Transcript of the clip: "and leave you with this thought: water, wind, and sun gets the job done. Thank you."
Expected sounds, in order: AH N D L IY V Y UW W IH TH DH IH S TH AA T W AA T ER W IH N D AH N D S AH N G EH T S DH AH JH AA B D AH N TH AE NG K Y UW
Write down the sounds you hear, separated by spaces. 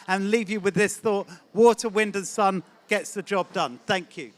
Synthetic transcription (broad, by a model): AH N L IY V Y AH W IH DH IH S TH AA T W AA T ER W IH N D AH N S AH N G EH T S DH AH JH AA B D AH N TH AE NG K Y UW